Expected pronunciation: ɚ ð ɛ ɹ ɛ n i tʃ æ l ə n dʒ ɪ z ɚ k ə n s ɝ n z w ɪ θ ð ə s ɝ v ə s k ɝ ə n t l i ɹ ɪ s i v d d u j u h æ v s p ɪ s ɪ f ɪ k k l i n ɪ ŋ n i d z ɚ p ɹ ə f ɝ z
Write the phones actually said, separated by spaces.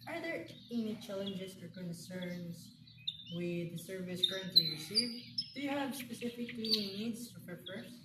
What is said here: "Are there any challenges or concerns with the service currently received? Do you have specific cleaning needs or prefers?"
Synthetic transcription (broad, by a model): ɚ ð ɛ ɹ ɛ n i tʃ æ l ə n dʒ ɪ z ɚ k ə n s ɝ n z w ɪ ð ə s ɝ v ə s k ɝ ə n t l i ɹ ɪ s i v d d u j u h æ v s p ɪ s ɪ f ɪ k k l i ɪ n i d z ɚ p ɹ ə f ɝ